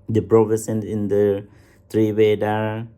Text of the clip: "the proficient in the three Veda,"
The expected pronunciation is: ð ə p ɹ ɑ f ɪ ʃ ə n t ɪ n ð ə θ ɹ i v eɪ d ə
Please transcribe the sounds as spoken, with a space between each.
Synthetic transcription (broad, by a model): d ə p ɹ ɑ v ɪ s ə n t ɪ n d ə t ɹ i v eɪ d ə